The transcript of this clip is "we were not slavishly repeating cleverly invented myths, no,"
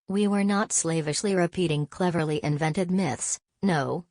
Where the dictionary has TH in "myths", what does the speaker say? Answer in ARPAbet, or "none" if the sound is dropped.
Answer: TH